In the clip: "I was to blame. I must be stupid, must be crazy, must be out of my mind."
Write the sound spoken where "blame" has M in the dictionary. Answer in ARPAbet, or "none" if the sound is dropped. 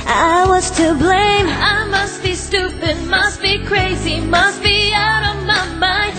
M